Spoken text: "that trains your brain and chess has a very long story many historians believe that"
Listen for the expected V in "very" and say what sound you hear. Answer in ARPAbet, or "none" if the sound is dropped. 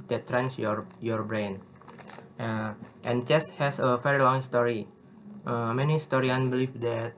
F